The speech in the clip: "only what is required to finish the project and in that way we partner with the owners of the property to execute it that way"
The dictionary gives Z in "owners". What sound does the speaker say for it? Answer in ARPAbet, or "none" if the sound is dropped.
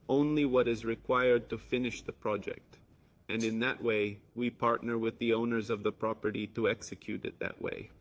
Z